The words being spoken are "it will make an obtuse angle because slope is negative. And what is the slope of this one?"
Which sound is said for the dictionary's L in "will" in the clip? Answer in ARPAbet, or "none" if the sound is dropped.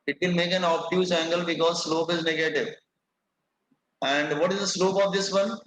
N